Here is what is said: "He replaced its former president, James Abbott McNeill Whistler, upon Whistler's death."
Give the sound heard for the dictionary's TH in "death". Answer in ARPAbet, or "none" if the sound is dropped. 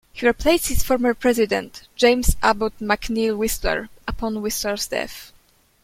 F